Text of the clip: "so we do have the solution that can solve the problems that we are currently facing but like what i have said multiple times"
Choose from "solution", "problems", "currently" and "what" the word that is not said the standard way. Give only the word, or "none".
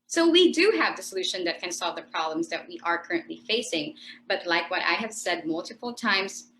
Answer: none